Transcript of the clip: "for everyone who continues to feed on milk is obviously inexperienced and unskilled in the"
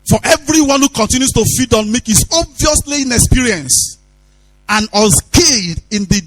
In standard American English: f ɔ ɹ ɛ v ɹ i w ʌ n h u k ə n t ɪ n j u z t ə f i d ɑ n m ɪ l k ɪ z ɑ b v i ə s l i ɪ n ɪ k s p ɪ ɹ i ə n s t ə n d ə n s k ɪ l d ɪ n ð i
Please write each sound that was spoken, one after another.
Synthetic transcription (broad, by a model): f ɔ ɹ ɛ v ɹ i w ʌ n h u k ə n t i n j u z t ə f i d ɑ n m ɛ k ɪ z ɑ b v i ə s l i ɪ n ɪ k s p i ɹ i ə n s ə n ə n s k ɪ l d ɪ n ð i